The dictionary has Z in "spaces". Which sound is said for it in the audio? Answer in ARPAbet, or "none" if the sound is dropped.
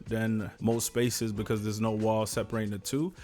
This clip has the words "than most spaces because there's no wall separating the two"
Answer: Z